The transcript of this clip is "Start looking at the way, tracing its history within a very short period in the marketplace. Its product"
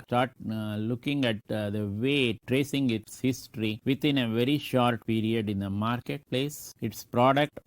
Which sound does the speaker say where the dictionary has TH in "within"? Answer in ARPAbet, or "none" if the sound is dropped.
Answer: T